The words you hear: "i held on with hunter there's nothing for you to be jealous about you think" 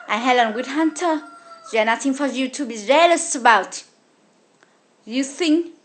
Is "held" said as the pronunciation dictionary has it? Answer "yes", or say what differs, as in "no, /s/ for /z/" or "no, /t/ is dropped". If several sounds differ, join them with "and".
no, /d/ is dropped